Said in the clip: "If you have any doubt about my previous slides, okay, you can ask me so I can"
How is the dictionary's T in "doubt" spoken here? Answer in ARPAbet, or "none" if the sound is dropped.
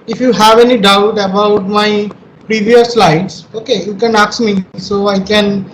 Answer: T